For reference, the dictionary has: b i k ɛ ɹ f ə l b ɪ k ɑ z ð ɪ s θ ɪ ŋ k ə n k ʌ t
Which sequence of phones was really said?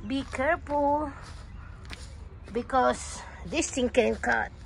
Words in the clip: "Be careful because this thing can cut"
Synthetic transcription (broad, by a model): b i k ɛ ɹ f ə l b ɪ k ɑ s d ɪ s t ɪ ŋ k ə n k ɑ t